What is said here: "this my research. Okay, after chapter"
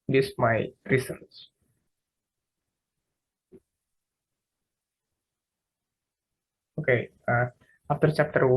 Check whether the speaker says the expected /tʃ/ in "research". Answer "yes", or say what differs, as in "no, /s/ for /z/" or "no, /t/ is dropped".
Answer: no, /s/ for /tʃ/